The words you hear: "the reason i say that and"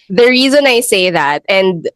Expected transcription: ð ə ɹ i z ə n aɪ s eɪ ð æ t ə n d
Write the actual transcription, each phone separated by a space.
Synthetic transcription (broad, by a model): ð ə ɹ i z ə n aɪ s eɪ ð æ t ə n d